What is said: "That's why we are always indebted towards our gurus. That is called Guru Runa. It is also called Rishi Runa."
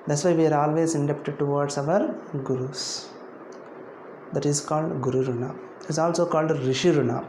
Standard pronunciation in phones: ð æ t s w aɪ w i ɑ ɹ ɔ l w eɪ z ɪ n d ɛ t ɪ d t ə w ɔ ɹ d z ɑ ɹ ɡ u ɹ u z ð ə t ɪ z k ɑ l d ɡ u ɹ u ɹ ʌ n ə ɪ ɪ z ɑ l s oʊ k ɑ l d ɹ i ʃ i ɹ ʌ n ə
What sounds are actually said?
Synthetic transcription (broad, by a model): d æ t s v aɪ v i ɑ ɹ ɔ l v eɪ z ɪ n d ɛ t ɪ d t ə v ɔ ɹ d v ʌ ɹ ɡ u ɹ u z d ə t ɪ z k ɑ l d ɡ u ɹ u ɹ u n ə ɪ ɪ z ɑ l s oʊ k ɑ l d ɹ i ʃ i ɹ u n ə